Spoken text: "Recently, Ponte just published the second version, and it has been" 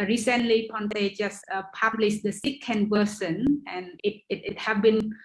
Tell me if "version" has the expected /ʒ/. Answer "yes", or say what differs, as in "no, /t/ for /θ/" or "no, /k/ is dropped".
no, /s/ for /ʒ/